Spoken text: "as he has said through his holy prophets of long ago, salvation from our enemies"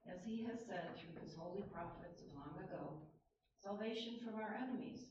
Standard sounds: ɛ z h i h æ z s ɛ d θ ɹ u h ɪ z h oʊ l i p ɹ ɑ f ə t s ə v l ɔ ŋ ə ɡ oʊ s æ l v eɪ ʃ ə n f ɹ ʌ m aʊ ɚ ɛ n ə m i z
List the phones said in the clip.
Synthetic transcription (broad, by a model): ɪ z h i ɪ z s ɛ d θ ɹ u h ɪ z h oʊ l i p ɹ ɑ f ə t s ə v l ɔ ŋ ə ɡ oʊ s æ l v eɪ ʃ ə n f ɹ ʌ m aʊ ɚ ɛ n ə m i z